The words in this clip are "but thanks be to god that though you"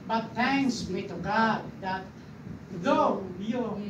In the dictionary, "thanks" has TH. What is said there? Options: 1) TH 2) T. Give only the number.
2